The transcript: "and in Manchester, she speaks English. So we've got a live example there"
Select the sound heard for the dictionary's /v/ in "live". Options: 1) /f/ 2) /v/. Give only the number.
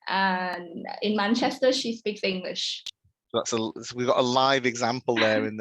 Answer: 2